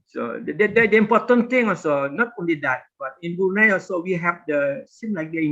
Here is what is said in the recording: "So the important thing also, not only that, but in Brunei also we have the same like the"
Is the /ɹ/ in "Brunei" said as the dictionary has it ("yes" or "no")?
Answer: no